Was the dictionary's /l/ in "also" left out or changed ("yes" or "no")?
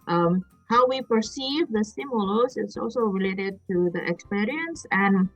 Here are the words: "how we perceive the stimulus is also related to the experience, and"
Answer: no